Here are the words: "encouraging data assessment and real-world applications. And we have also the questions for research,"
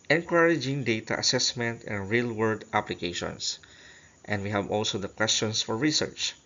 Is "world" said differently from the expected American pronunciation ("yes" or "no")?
yes